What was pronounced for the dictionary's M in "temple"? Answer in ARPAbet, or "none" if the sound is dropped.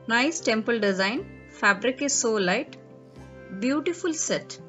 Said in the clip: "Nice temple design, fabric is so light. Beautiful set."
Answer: M